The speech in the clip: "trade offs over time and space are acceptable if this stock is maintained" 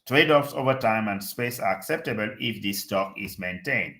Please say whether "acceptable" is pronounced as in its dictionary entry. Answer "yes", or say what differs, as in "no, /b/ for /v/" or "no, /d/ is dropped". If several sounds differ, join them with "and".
yes